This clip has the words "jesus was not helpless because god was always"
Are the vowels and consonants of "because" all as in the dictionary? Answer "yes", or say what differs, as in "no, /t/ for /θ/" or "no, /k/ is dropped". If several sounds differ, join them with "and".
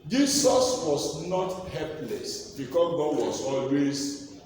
no, /z/ is dropped